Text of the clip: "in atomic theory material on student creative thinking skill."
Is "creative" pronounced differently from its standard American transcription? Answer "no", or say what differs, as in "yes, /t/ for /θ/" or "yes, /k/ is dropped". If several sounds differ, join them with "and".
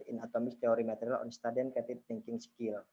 yes, /ɹ/ is dropped